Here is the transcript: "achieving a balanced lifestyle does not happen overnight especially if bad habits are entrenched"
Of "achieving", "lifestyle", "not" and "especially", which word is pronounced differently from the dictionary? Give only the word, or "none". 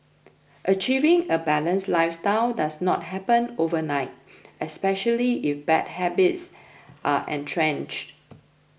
none